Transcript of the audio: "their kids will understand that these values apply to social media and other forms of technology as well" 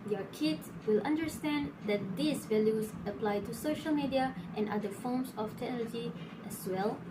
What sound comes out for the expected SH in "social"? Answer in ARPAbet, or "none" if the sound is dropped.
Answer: SH